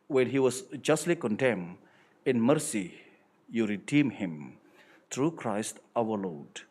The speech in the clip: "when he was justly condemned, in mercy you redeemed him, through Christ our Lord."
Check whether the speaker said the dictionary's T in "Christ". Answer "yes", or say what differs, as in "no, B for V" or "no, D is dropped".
yes